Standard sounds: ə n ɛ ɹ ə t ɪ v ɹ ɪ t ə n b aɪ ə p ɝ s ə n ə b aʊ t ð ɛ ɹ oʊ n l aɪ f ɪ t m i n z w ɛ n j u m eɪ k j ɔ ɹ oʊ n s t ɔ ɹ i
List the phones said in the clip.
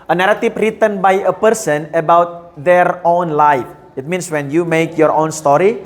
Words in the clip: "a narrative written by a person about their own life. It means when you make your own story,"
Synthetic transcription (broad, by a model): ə n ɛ ɹ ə t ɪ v ɹ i t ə n b aɪ ə p ɝ s ə n ə b aʊ t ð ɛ ɹ oʊ n l aɪ f ɪ t m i n s w ɛ n j u m eɪ k j ɔ ɹ oʊ n s t ɔ ɹ i